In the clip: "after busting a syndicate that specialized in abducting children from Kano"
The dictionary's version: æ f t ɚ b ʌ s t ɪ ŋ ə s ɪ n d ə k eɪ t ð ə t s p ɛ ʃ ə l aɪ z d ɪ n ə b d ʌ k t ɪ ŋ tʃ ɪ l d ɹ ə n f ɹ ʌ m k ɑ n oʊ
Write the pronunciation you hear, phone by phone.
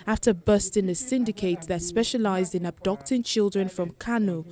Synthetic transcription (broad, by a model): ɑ f t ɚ b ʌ s t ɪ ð ə s ɪ n d ə k eɪ t ð ə t s p ɛ ʃ ə l aɪ z d ɪ n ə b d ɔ k t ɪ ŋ tʃ ɪ l d ɹ ə n f ɹ ʌ m k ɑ n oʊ